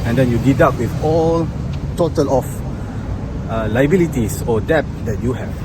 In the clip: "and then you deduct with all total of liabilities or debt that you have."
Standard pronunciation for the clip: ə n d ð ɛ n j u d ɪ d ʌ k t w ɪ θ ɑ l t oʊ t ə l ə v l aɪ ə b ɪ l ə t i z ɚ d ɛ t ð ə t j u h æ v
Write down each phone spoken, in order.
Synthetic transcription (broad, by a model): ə n d ɛ n j u d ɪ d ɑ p w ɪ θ ɑ l t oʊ t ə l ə f l aɪ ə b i l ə t i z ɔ d ɛ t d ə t j u h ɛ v